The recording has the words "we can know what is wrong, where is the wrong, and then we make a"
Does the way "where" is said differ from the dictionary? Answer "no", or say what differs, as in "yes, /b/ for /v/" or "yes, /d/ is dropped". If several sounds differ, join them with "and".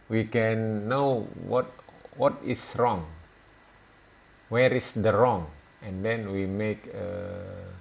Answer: no